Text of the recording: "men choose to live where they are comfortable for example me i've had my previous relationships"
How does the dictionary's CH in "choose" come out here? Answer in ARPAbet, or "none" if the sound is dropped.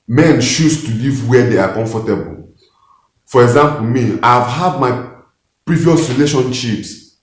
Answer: SH